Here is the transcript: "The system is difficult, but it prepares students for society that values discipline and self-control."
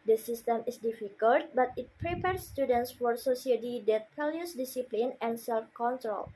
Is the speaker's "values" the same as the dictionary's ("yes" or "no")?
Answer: no